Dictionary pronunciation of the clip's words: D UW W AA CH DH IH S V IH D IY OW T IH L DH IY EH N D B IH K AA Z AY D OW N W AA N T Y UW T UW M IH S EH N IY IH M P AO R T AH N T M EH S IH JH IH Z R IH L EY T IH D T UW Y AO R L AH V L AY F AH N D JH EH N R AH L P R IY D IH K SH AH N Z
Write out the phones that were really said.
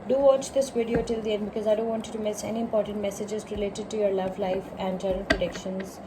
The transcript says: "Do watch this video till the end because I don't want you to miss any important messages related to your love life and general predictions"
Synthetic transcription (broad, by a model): D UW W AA CH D IH S V IH D IY OW T IH L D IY EH N D B IH K AA Z AY D OW N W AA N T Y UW T UW M IH S EH N IY IH M P AO R T AH N T M EH S IH JH IH Z R IH L EY T IH D T UW Y AO R L AH V L AY F AH N D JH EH R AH N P R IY D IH K SH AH N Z